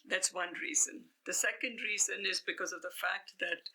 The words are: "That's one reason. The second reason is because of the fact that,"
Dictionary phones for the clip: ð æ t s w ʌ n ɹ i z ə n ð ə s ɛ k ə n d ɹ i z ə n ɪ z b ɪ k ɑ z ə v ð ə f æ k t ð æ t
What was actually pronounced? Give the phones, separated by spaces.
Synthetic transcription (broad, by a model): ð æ t s w ʌ n ɹ i z ə n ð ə s ɛ k ə n d ɹ i z ə n ɪ z b ɪ k ɑ z ə v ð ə f æ k t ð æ t